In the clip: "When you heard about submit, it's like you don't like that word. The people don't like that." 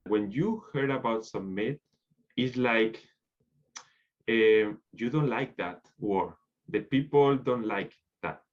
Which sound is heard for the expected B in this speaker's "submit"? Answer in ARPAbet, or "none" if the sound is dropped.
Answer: none